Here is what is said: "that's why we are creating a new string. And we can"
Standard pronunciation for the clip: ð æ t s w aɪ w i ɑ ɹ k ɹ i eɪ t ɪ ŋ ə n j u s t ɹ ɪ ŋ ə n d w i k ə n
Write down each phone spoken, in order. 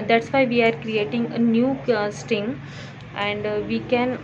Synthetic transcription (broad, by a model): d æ t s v aɪ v i ɑ ɹ k ɹ i eɪ t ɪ ŋ ə n j u s t ɪ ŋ ə n d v i k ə n